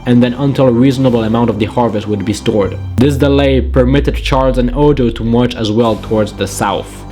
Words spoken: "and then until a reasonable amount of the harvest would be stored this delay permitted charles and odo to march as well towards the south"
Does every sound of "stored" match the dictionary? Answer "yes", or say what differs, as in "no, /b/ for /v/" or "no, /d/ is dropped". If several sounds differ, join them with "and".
yes